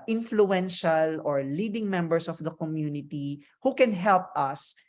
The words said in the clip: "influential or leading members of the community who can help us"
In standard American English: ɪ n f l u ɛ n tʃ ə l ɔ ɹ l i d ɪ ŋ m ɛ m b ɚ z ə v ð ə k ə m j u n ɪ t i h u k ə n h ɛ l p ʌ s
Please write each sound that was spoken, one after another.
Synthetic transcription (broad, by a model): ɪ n f l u ɛ n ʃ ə l ɔ ɹ l i d ɪ ŋ m ɛ m b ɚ s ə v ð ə k ə m j u n ɪ t i h u k ə n h ɛ l p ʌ s